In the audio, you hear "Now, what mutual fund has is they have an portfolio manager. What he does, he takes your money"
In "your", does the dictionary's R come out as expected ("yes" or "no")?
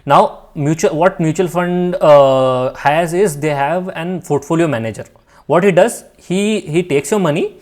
yes